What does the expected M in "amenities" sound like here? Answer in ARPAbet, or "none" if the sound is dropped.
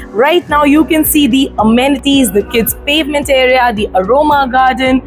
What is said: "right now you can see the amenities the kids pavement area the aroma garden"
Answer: M